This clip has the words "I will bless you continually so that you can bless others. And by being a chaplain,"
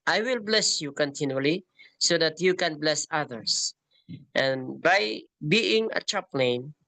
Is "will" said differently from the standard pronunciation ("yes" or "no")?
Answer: no